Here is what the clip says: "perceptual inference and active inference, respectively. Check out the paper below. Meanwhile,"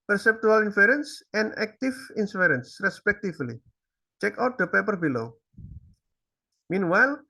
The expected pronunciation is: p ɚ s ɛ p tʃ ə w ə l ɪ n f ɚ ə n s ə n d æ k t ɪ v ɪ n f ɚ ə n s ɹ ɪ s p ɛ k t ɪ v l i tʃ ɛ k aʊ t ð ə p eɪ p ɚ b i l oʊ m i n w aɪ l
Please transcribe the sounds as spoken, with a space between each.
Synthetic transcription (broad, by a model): p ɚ s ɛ p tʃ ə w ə l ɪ n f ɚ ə n s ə n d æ k t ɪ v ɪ n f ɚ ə n s ɹ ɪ s p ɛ k t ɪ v l i tʃ ɛ k aʊ t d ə p eɪ p ɚ b i l oʊ m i n w aɪ l